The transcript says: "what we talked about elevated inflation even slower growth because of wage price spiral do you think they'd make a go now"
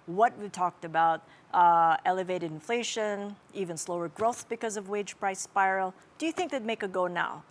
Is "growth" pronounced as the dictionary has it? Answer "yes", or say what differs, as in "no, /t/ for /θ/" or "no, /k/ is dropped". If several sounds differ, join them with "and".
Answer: yes